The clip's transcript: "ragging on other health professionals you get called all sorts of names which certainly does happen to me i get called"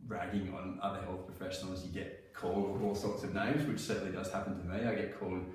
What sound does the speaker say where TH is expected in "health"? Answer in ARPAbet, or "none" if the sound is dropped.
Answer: TH